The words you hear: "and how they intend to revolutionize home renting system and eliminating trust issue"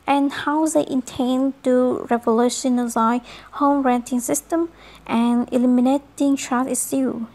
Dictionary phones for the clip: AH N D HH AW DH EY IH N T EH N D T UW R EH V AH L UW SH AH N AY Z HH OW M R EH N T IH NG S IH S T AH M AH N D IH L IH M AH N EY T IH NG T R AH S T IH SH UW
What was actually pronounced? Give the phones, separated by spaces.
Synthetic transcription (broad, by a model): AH N HH AW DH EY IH N T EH N T UW R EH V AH L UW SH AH N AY HH OW M R EH N T IH NG S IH S T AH M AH N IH L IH M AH N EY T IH NG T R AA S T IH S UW